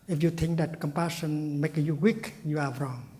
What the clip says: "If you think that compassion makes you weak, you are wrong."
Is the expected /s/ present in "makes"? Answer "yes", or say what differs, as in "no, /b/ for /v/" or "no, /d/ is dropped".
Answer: no, /s/ is dropped